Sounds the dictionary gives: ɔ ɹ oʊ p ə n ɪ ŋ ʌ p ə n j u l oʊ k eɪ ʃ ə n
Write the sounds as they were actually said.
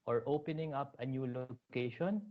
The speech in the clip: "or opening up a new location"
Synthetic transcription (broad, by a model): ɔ ɹ oʊ p ə n ɪ ŋ ʌ p ə n j u l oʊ k eɪ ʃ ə n